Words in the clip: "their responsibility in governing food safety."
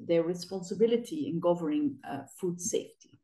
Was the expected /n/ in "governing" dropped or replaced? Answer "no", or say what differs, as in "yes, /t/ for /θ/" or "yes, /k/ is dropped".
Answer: yes, /n/ is dropped